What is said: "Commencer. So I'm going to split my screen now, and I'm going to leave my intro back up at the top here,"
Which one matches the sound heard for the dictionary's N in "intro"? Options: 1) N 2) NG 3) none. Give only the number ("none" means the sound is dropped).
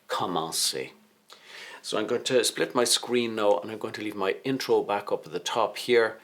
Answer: 1